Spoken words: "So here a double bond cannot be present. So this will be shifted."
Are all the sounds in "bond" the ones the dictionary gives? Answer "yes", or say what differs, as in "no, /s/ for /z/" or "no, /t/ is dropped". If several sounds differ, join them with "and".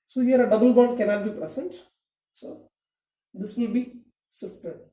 no, /n/ is dropped